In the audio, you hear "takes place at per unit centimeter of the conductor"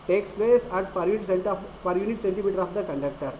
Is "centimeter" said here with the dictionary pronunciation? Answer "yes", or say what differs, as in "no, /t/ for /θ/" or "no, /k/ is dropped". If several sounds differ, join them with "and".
yes